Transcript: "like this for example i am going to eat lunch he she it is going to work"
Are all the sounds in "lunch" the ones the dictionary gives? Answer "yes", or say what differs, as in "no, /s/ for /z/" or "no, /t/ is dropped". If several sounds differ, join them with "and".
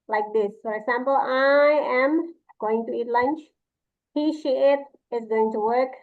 yes